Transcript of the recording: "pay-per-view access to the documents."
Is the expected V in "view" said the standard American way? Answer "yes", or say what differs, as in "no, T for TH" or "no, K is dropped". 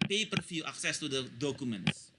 no, F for V